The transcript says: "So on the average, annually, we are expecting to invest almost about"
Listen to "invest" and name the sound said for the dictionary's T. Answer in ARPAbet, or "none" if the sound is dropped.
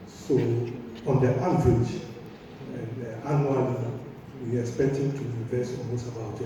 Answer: none